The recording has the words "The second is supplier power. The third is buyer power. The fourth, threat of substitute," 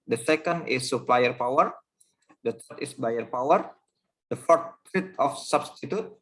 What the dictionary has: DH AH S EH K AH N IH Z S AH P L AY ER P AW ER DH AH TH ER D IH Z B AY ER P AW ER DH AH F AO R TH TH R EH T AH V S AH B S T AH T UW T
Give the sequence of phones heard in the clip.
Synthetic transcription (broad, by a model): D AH S EH K AH N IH S AH P L AY ER P AW ER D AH T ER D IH S B AY ER P AW ER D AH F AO R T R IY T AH F S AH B S T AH T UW T